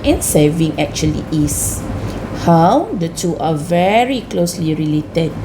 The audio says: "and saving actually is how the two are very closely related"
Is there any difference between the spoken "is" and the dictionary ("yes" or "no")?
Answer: yes